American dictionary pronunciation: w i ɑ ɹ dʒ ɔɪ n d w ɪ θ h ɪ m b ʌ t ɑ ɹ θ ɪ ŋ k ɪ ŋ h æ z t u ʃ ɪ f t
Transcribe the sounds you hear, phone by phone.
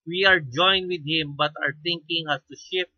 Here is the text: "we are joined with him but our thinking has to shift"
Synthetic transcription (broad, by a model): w i ɑ ɹ dʒ ɔɪ n d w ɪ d h ɪ m b ʌ t ɑ ɹ t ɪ ŋ k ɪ ŋ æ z t u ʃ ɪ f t